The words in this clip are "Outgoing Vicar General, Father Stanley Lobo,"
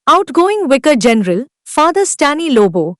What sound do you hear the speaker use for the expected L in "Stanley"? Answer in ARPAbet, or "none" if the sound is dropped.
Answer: none